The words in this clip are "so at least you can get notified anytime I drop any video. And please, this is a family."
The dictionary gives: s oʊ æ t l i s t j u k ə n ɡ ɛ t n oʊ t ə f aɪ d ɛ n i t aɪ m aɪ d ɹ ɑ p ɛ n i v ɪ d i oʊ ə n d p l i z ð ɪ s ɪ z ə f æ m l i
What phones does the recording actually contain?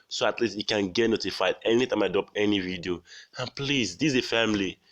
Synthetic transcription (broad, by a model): s oʊ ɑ t l i s t j u k ə n ɡ ɛ t n oʊ t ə f aɪ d ɛ n i t aɪ m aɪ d ɑ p ɛ n i v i d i oʊ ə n p l i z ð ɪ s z ə f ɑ m l i